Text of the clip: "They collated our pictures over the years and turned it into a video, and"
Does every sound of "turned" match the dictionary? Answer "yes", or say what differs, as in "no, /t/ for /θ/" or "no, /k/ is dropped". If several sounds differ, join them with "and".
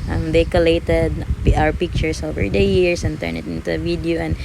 no, /d/ is dropped